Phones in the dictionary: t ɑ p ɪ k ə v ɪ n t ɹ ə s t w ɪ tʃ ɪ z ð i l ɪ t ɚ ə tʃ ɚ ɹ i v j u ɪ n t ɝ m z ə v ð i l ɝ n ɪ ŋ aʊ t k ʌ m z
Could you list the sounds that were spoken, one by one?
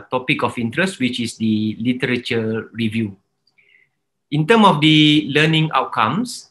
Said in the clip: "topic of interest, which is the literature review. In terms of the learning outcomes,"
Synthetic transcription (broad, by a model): t ɑ p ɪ k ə f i n t ɹ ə s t w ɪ tʃ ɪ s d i l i t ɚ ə tʃ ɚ ɹ i v j u ɪ n t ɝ m ə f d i l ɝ n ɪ ŋ aʊ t k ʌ m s